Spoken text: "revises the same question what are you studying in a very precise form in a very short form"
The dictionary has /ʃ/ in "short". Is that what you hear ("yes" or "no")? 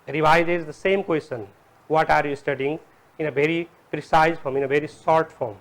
no